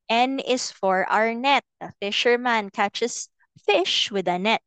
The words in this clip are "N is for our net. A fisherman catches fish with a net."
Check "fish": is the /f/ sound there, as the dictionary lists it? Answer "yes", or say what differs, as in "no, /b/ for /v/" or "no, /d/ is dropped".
yes